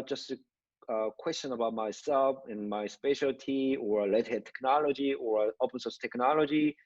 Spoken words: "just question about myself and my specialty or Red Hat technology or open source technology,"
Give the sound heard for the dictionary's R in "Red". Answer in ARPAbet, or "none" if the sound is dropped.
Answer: L